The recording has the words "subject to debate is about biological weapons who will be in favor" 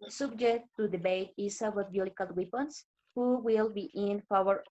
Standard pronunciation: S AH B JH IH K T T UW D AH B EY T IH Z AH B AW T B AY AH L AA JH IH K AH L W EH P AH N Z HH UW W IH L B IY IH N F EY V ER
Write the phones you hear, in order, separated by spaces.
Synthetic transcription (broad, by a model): S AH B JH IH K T T UW D AH B EY T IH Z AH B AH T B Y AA IH K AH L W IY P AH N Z HH UW W IH L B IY IH N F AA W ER